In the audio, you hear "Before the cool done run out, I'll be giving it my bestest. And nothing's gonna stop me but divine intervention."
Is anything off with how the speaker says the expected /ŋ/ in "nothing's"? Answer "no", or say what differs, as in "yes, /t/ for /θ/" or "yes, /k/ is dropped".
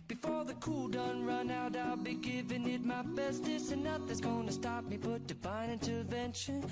yes, /ŋ/ is dropped